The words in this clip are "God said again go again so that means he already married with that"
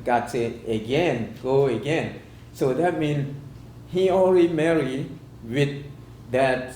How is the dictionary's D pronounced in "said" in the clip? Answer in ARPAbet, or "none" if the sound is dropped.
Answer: none